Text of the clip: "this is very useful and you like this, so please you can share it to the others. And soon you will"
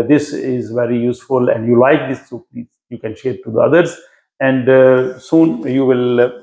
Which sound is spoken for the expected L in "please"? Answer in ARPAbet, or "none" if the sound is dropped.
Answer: none